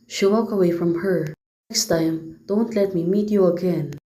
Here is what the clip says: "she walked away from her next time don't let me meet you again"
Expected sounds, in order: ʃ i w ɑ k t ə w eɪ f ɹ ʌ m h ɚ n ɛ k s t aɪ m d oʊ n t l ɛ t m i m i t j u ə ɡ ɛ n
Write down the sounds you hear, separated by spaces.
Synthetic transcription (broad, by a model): ʃ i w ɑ k ə w eɪ f ɹ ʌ m h ɚ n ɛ k s t aɪ m d oʊ n t l ɛ t m i m i t j u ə ɡ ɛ n